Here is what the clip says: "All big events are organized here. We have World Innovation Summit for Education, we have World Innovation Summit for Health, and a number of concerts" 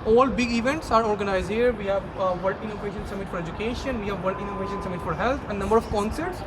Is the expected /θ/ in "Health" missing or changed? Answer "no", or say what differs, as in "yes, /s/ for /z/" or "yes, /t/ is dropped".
yes, /t/ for /θ/